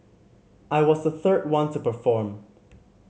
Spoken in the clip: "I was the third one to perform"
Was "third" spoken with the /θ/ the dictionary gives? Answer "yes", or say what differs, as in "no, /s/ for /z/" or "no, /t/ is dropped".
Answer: yes